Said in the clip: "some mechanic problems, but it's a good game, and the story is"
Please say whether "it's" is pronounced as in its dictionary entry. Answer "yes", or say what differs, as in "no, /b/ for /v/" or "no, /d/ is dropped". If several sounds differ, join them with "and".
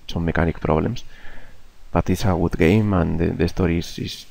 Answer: yes